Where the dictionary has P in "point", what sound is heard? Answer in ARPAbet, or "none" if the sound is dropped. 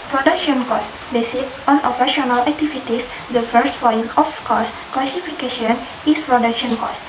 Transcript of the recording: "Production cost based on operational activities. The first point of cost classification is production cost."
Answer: F